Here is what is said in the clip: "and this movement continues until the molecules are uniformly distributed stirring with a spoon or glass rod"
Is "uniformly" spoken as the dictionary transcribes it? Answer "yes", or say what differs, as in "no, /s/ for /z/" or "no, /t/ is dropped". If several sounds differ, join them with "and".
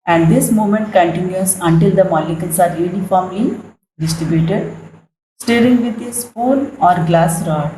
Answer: no, /l/ is dropped